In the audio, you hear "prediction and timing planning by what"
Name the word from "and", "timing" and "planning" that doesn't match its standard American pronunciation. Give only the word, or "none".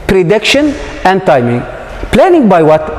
none